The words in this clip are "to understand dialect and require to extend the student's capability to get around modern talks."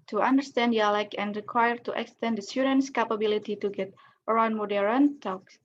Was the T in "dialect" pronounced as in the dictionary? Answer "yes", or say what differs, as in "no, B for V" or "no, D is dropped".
no, T is dropped